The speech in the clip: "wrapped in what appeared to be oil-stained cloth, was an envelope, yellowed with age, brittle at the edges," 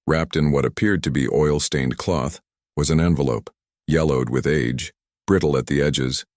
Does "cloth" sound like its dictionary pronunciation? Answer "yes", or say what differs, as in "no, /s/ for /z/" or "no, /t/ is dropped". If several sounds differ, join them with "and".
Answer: yes